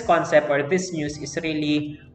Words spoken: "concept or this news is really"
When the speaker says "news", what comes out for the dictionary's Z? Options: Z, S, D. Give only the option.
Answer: S